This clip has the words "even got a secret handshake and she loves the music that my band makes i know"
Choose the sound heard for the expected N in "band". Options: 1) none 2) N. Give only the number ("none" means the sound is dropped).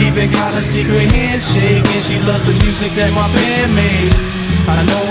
1